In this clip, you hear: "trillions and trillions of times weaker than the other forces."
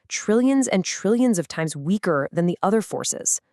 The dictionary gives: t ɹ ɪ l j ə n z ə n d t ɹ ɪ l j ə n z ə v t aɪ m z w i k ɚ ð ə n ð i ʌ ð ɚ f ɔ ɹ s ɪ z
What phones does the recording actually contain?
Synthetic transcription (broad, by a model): t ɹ ɪ l j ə n z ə n t ɹ ɪ l j ə n z ə v t aɪ m z w i k ɚ ð ə n ð i ʌ ð ɚ f ɔ ɹ s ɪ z